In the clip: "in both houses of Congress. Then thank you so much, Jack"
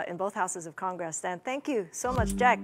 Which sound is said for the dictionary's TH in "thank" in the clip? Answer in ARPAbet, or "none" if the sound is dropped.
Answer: TH